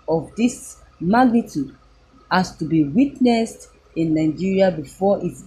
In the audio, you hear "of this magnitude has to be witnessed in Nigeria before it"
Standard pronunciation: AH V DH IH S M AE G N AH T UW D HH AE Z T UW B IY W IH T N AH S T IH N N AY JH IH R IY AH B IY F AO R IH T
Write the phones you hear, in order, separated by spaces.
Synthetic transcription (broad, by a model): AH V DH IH S M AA G N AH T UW D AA S T UW B IY W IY T N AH S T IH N N AY JH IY R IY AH B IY F AO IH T